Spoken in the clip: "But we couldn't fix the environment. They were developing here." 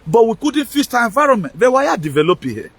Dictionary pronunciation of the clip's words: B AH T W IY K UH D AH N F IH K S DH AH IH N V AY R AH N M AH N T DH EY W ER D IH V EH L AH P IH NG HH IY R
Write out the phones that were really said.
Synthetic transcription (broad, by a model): B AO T W IY K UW D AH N F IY S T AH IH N V AY R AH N M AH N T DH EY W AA D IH V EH L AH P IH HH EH